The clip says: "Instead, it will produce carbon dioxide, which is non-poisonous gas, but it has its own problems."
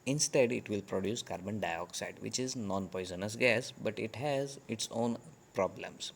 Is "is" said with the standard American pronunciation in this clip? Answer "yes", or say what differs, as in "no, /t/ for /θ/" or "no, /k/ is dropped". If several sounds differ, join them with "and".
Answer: yes